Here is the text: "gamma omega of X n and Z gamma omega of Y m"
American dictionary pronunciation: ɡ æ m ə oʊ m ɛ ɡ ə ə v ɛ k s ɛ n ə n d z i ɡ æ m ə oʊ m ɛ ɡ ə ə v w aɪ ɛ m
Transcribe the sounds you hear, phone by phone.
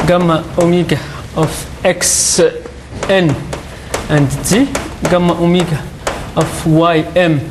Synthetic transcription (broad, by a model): ɡ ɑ m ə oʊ m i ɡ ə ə f ɛ k s ɛ n ə n d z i ɡ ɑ m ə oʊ m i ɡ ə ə f w aɪ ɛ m